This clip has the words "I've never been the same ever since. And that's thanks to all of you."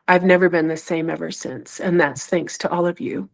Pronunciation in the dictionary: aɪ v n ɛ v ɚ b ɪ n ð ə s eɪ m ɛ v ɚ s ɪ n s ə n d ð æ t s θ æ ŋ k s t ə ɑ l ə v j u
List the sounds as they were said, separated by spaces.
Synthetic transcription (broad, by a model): aɪ v n ɛ v ɚ b ɪ n ð ə s eɪ m ɛ v ɚ s ɪ n s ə n ð æ t s θ æ ŋ k s t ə ɑ l ə v j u